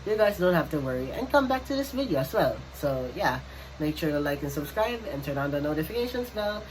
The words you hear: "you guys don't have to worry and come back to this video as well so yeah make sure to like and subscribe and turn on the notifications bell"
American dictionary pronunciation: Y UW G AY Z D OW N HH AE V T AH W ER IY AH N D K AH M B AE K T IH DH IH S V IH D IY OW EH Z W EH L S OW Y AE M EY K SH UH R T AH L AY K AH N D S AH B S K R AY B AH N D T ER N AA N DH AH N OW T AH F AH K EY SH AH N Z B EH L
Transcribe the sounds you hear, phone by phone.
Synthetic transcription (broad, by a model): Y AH G AY Z D OW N HH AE F T AH W ER IY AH N K AH M B AE K T IH DH IH S V IH D IY OW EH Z W EH L S OW Y AE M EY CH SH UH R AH L AY K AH N S AH B S K R AY B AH N T ER N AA N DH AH N OW T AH F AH K EY SH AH N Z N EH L